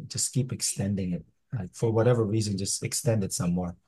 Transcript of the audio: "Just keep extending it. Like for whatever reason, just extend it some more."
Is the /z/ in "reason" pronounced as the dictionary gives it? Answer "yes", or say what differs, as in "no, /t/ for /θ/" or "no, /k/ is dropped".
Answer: yes